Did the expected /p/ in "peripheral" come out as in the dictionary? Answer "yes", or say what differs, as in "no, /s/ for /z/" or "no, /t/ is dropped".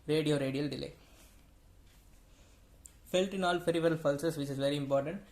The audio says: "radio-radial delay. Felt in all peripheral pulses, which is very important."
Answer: no, /f/ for /p/